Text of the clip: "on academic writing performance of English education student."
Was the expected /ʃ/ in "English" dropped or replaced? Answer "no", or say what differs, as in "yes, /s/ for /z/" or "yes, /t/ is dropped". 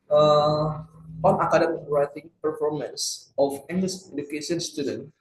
yes, /s/ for /ʃ/